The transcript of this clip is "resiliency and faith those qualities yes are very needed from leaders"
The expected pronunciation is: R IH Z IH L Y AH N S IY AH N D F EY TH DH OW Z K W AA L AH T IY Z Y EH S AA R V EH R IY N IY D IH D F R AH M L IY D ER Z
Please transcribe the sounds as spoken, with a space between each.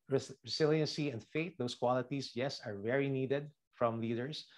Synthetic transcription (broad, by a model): R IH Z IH L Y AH N S IY AH N D F EY T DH OW S K W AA L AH T IY S Y EH S AA R V EH R IY N IY D IH D F R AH M L IY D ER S